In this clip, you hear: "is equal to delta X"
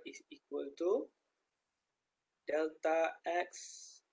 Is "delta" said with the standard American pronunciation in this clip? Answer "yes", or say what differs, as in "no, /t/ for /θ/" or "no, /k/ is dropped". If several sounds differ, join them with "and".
yes